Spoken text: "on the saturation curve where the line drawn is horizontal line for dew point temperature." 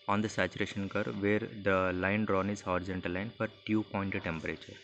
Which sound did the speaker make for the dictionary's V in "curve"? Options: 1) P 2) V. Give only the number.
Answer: 2